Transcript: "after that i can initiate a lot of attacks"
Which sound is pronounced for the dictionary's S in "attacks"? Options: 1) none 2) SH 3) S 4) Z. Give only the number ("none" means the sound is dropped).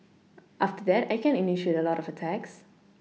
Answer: 3